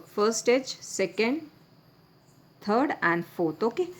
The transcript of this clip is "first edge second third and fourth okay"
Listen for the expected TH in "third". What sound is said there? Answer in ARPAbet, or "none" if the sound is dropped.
T